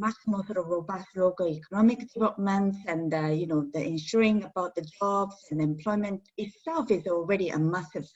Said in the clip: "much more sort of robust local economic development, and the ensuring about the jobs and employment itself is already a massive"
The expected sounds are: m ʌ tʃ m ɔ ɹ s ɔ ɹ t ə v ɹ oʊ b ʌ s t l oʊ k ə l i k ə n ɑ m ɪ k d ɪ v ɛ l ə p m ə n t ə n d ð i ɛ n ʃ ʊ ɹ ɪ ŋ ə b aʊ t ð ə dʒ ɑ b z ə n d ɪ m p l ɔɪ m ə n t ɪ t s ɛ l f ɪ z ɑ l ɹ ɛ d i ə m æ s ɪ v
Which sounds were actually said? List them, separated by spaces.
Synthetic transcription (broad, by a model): m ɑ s m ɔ l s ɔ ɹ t ə v ɹ oʊ b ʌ s t l oʊ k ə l i k ə n ɑ m ɪ k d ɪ v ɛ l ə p m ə n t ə n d ð i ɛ n ʃ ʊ ɹ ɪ ŋ ə b aʊ t ð ə dʒ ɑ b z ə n ɪ m p l ɔɪ m ə n t ɪ t s ɛ l f ɪ z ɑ l ɹ ɛ d i ə m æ s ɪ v